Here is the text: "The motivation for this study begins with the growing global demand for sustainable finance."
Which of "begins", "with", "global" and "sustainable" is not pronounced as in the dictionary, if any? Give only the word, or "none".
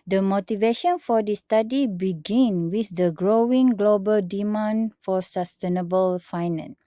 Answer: begins